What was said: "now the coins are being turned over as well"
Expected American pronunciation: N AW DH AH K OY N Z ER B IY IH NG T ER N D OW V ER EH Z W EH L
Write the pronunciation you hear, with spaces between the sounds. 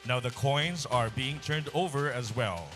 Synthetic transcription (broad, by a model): N AW DH AH K OY N Z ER B IY IH NG T ER N D OW V ER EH Z W EH L